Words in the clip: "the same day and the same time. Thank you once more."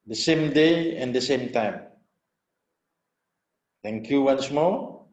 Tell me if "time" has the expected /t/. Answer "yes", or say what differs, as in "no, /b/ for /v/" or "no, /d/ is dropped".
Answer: yes